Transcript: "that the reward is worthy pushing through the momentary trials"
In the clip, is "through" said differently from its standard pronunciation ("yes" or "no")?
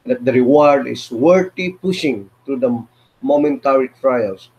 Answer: yes